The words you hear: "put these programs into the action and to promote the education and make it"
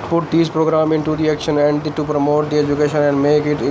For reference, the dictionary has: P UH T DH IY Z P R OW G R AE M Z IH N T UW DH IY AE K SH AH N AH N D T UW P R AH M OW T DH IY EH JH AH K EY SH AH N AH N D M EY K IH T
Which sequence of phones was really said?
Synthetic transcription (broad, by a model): P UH T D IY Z P R OW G R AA M IH N T UW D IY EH K SH AH N AH N D T UW P R AH M OW T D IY EH JH AH K EY SH AH N AH N D M EY K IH T